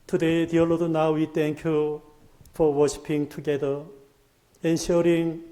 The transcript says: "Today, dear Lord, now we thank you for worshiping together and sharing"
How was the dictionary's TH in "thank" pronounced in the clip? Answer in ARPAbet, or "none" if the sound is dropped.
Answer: T